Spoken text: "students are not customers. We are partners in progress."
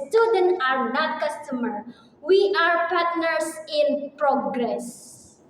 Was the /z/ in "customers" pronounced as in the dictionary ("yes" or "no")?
no